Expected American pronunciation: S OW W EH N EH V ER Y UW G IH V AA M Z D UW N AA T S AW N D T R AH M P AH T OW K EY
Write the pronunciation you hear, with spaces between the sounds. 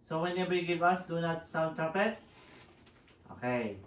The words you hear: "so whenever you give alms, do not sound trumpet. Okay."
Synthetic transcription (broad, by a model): S OW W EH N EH B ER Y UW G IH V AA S D UW N AA T S AW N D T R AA P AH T OW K EY